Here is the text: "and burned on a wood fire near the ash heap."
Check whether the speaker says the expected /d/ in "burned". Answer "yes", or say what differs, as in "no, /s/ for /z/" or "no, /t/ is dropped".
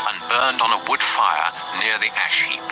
yes